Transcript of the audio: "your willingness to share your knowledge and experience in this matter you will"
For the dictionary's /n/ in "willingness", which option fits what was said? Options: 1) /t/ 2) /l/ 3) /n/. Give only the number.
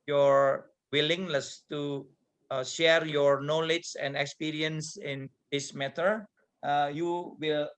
2